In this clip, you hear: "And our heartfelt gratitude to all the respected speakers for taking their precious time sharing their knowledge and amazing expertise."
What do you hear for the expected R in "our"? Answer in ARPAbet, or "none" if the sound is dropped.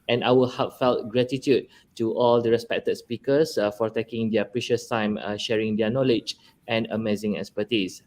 L